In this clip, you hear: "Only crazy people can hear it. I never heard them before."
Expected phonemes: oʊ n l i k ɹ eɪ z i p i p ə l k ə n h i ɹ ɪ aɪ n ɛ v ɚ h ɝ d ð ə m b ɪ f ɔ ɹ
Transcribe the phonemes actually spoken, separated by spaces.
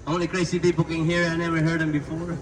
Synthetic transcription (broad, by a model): oʊ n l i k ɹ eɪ s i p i b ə k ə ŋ h i ɹ ɪ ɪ n ɛ v ɚ h ɝ d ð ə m b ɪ f ɔ ɹ